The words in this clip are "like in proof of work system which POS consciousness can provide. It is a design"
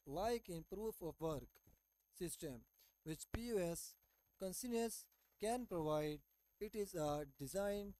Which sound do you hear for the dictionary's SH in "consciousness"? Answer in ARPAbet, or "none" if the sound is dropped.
S